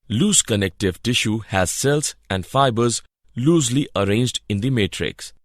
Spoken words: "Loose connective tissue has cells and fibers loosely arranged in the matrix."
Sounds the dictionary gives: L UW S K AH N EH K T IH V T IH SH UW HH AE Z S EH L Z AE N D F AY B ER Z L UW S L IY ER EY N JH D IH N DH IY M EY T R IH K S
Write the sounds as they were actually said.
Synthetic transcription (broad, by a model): L UW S K AH N EH K T IH V T IH SH UW HH AE Z S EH L S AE N D F AY B ER Z L UW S L IY ER EY N JH D IH N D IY M EY T R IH K S